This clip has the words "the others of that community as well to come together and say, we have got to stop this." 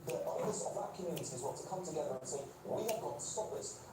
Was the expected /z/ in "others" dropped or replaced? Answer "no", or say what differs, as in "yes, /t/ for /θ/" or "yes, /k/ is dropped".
yes, /s/ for /z/